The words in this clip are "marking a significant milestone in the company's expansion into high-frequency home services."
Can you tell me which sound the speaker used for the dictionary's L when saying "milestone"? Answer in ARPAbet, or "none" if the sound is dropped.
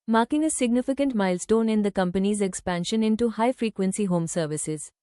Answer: L